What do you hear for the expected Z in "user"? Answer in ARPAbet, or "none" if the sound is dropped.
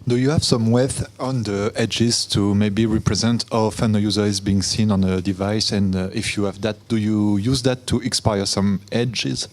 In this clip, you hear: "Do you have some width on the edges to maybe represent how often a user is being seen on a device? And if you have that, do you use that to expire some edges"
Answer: Z